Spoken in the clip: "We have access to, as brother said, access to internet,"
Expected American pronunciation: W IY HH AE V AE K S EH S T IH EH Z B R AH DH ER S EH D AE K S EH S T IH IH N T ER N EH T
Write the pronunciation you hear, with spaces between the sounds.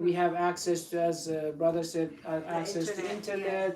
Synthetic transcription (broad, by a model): W IY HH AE V AE K S EH S T IH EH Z B R AH DH ER SH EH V AE K S EH S T IH IH N T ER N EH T